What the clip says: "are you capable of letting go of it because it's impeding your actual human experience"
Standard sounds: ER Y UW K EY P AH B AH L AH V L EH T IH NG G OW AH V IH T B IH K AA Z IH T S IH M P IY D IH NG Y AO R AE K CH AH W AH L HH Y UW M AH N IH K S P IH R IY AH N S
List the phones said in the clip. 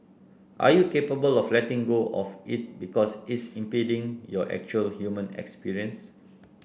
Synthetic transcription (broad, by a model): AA Y UW K EY P AH B AH L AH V L EH T IH NG G OW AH F IH T B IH K AA S IH T S IH M P IY D IH NG Y AO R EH K CH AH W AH L HH Y UW M AH N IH K S P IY R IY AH N S